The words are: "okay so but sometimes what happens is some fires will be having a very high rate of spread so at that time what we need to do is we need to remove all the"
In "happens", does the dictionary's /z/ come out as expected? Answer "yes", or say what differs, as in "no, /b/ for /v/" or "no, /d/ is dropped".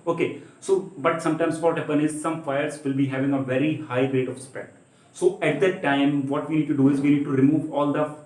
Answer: no, /z/ is dropped